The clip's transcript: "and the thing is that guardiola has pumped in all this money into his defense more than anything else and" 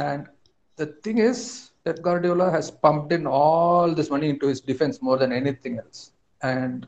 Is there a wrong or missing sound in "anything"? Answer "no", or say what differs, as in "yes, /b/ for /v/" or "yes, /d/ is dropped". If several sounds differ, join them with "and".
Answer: yes, /t/ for /θ/